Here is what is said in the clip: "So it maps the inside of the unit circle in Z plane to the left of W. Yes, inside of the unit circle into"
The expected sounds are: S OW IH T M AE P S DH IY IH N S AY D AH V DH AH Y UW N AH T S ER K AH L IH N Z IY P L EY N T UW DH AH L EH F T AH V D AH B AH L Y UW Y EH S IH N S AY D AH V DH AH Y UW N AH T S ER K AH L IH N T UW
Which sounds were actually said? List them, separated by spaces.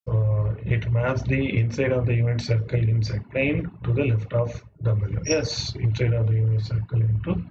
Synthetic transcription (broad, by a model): IH T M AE S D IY IH N S AY D AH V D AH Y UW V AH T S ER K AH L IH N S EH P L EY N T UW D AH L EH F T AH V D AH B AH L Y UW Y EH S IH N S AY D AH V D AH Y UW AH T S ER K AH L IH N T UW